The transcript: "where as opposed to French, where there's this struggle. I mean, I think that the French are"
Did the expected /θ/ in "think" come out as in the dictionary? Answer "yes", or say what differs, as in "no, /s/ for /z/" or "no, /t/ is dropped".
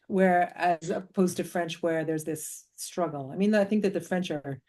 yes